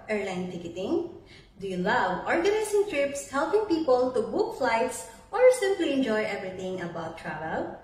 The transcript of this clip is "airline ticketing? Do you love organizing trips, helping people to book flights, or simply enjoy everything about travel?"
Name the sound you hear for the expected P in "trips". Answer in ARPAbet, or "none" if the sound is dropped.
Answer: P